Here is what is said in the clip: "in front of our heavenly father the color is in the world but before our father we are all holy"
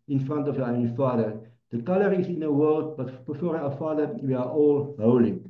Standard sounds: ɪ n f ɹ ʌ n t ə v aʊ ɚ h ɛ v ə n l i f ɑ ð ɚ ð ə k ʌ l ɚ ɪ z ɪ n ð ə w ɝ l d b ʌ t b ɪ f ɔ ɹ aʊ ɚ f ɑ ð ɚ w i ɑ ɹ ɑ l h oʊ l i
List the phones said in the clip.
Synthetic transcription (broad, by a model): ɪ n f ɹ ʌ n t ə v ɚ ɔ ə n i f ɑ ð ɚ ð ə k ʌ l ɚ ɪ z ɪ n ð ə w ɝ l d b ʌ t b ɪ f ɔ ɹ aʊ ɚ f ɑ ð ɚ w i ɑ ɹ ɑ l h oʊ l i